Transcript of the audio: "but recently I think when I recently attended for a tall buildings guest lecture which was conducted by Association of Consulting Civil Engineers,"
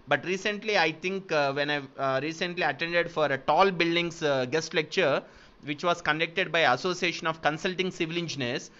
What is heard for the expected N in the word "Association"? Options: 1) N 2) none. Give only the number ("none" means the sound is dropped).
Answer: 1